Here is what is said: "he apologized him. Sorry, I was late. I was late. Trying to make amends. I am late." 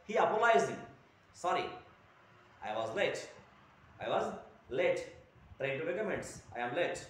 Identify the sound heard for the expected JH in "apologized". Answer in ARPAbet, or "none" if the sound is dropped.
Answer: none